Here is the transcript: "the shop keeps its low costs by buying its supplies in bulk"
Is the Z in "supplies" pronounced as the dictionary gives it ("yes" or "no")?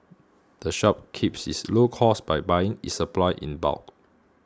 no